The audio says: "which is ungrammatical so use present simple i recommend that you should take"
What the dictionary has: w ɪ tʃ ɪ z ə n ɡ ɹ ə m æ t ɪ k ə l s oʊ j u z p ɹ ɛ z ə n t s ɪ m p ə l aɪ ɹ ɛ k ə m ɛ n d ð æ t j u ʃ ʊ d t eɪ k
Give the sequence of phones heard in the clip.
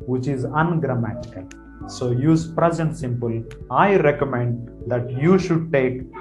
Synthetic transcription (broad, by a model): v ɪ tʃ ɪ z ə n ɡ ɹ ə m æ t ɪ k ə l s oʊ j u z p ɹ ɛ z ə n t s ɪ m p ə l aɪ ɹ ɛ k ə m ɛ n d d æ t j u ʃ ʊ d t eɪ k